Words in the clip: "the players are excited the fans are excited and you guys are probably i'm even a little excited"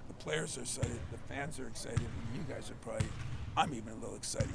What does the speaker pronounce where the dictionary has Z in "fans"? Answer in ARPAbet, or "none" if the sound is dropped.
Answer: Z